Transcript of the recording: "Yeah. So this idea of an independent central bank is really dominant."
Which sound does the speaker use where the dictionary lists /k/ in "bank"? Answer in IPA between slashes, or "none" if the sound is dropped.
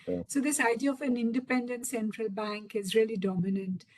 /k/